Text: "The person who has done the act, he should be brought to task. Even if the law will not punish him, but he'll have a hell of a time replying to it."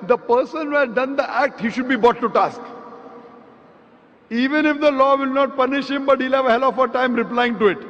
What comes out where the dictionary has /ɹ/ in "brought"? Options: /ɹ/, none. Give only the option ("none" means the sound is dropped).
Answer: none